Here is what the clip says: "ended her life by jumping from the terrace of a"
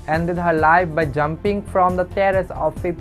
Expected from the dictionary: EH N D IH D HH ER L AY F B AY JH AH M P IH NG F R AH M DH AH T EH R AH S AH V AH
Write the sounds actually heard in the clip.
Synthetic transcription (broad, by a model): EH N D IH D HH ER L AY F B AY JH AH M P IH NG F R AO M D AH T EH R AH S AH P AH